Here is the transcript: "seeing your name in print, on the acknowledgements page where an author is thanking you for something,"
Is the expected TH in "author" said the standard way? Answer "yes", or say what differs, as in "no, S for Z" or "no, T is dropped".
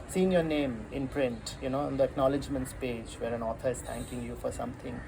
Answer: no, T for TH